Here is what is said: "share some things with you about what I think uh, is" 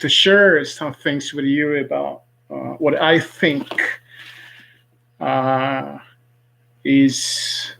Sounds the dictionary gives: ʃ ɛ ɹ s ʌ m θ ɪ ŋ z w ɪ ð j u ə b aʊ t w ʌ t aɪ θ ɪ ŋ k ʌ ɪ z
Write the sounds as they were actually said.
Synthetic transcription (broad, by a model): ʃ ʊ ɹ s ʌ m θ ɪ ŋ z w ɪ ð j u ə b aʊ t w ʌ t aɪ θ ɪ ŋ k ʌ ɪ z